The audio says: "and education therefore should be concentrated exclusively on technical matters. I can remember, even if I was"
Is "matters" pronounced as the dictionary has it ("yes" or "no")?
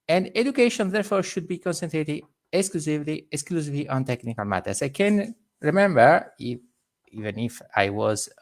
no